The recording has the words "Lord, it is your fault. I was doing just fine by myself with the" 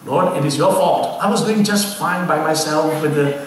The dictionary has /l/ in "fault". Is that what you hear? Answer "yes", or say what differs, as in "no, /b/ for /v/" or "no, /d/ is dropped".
no, /l/ is dropped